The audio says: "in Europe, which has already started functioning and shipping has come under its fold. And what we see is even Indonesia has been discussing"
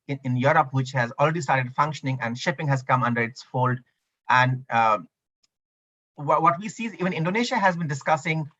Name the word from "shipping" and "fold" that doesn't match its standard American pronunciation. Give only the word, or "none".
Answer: none